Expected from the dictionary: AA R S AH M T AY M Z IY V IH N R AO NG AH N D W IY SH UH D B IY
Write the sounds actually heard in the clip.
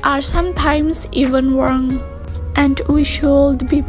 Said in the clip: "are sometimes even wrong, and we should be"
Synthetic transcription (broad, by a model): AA R S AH M T AY M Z IY V IH N W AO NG AH N D W IY SH UH D B IY